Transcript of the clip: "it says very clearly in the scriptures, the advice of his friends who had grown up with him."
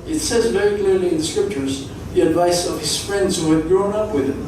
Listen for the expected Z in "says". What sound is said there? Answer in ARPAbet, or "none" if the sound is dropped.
Z